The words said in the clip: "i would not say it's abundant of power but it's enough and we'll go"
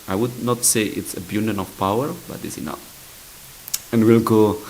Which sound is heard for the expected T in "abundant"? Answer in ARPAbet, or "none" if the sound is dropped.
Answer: none